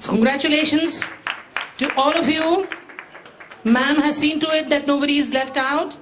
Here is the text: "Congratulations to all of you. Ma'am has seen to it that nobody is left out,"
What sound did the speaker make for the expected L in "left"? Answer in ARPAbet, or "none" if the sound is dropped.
L